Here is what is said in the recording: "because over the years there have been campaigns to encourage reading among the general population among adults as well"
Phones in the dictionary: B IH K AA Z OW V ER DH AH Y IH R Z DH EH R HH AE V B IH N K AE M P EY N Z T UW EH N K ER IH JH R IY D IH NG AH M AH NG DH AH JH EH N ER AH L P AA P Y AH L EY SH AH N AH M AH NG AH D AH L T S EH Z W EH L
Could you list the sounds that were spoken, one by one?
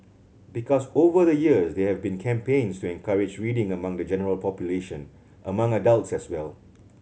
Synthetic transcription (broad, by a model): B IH K AA S OW V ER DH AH Y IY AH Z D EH HH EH V B IH N K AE M P EY N S T UW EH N K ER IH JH R IY D IH NG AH M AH NG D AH JH EH N ER AH L P AA P Y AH L EY SH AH N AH M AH NG AH D AH L T S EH S W EH L